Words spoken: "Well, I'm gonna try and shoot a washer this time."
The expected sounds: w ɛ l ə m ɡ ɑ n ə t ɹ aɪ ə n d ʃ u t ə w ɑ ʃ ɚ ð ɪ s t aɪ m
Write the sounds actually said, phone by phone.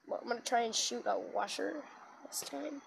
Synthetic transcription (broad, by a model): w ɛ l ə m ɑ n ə t ɹ aɪ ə n ʃ u t ə w ɑ ʃ ɚ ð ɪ s t aɪ m